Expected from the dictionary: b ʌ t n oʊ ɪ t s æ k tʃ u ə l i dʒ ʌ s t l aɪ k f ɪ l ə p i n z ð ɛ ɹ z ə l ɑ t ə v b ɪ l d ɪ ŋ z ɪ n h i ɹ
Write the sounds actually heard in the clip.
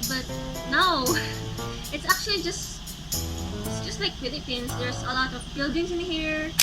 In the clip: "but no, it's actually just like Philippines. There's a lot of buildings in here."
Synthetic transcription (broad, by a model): b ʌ t n oʊ ɪ t s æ k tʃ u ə l i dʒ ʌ s t l aɪ k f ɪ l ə p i n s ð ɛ ɹ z ə l ɑ t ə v b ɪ l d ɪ ŋ s ɪ n h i ɹ